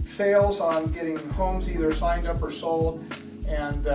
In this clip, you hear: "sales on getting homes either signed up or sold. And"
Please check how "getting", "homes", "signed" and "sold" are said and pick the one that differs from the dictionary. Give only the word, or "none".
sold